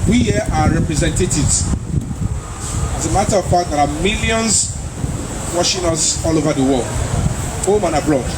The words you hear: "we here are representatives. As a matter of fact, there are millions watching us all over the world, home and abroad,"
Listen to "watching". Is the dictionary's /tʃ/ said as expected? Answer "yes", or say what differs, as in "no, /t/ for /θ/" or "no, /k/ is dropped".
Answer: no, /ʃ/ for /tʃ/